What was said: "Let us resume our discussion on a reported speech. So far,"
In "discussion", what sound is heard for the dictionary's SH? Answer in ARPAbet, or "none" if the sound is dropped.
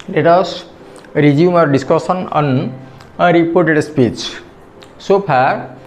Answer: S